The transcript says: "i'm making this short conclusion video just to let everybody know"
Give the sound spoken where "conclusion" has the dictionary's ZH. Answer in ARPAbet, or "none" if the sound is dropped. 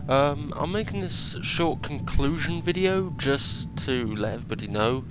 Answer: ZH